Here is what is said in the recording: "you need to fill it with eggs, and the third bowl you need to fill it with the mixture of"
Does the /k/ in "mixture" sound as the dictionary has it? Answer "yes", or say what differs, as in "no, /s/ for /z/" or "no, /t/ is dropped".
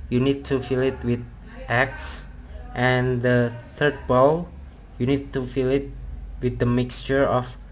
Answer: yes